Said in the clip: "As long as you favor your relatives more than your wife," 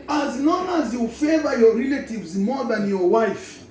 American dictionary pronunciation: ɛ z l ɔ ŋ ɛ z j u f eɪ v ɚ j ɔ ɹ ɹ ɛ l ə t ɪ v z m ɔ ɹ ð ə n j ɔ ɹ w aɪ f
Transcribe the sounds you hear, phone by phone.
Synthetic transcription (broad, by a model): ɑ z n ɔ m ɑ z j u f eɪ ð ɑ j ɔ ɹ ɹ ɛ l ə t ɪ v z m ɔ ð ə n j ɔ w aɪ f